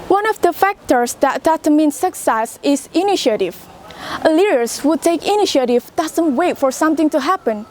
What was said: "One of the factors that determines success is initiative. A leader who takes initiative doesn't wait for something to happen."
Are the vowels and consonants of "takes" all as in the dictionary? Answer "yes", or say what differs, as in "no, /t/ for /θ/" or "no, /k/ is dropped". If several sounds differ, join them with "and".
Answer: no, /s/ is dropped